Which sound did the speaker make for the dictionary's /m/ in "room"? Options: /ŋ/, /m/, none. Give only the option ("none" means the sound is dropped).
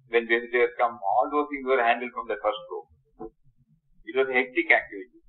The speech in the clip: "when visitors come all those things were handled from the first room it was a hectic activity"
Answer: none